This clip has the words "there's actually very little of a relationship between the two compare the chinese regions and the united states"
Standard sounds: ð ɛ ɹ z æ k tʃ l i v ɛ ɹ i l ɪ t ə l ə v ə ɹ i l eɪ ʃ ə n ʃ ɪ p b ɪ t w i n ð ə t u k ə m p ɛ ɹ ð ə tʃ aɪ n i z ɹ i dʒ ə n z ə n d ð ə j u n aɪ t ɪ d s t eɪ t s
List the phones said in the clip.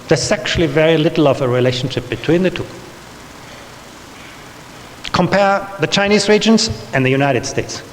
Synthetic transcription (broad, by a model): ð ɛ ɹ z æ k tʃ l i v ɛ ɹ i l ɪ t l ə v ə ɹ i l eɪ ʃ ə n ʃ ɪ p b ɪ t w i n ð ə t u k ə m p ɛ ɹ ð ə tʃ aɪ n i z ɹ i dʒ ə n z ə n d ð ə j u n aɪ t ɪ d s t eɪ t s